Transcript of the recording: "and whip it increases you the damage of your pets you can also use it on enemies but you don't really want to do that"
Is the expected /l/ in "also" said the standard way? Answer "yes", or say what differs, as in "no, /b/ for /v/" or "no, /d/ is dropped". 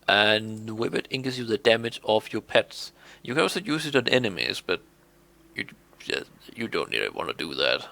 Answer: no, /l/ is dropped